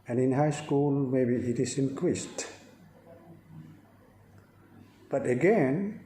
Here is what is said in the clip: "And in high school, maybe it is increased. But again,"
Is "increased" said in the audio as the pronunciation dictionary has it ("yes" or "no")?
yes